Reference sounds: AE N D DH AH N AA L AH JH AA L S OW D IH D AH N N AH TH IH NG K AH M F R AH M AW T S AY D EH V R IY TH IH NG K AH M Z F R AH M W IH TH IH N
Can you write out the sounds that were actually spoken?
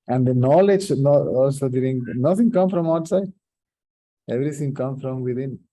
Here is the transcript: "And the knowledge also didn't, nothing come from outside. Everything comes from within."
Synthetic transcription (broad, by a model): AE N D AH N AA L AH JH AA L S OW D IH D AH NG N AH T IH NG K AH M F R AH M AW T S AY D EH V R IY T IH NG K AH M F R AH M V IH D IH N